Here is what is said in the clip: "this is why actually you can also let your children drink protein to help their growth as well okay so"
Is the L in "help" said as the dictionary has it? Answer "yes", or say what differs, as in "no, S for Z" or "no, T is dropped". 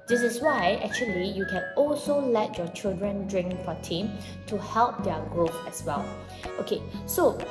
yes